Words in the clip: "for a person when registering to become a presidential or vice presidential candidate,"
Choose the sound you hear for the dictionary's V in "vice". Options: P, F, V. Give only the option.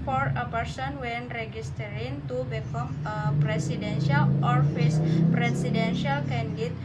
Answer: F